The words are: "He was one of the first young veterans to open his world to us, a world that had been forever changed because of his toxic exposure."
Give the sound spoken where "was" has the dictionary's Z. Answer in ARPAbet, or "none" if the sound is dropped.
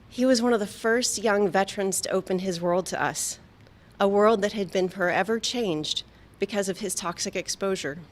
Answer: Z